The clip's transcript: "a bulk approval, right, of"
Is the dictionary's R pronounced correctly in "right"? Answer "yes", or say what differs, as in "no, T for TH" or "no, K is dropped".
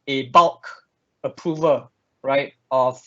yes